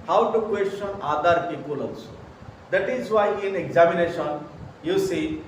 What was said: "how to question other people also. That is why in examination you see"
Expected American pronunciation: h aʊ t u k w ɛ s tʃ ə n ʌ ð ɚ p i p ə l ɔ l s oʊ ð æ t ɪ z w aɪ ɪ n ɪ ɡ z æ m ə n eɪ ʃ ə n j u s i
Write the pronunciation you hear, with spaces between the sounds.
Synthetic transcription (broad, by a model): h aʊ t u k w ɛ s tʃ ə n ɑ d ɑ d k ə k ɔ l oʊ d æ t ɪ z w aɪ ɪ n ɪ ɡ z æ m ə n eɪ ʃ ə n j u s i